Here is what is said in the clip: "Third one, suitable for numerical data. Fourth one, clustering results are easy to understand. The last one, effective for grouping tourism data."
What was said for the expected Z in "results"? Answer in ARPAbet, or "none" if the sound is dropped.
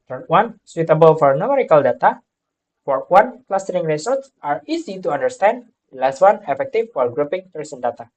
S